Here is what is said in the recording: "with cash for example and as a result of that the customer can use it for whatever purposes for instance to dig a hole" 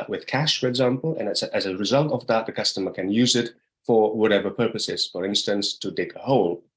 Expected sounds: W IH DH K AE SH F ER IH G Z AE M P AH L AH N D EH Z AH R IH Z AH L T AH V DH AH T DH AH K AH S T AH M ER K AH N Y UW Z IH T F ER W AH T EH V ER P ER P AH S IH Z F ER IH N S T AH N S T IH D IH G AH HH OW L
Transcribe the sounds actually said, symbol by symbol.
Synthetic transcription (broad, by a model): W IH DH K AE SH F ER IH G Z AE M P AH N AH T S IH Z AH R IH Z AH L T AH V DH AH T DH AH K AH S T AH M ER K AH N Y UW Z IH T F ER W AH T EH V ER P ER P AH S IH Z F ER IH N S T AH N S T IH D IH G AH HH OW L